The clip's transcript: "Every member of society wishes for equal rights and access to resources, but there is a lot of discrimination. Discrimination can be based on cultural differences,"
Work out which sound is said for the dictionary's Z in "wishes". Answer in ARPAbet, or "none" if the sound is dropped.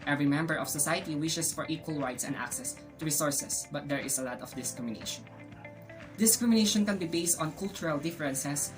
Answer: S